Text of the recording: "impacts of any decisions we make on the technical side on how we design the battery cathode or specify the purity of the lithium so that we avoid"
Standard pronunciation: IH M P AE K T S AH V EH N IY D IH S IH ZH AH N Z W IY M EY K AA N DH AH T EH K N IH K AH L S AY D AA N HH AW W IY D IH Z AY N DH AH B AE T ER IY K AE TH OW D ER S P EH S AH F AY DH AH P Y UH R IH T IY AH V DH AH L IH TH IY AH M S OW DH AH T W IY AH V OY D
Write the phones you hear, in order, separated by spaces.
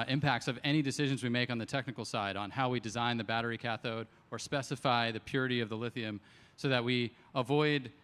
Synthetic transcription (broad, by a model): IH M P AE K T S AH V EH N IY D IH S IH ZH AH N Z W IY M EY K N DH AH T EH K N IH K L S AY D N HH AW W IY D IH Z AY N DH AH B AE T ER IY K AE TH OW D ER S P EH S AH F AY DH AH P Y UH R IH T IY AH V DH AH L IH TH IY AH M S OW DH AH T W IY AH V OY D